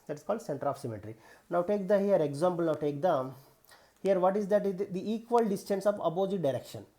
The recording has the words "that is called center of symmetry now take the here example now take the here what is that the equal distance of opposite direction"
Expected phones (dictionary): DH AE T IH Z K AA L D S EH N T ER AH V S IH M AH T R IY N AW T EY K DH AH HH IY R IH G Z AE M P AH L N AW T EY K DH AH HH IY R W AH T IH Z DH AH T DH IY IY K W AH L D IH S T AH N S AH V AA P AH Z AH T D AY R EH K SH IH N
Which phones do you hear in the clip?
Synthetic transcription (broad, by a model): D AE T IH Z K AA L D S EH N T ER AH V S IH M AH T R IY N AW T EY K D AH HH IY R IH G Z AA M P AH L N AW T EY K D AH HH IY R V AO T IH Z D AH T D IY IY K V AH L D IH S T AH N S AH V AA B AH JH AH D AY R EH K SH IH N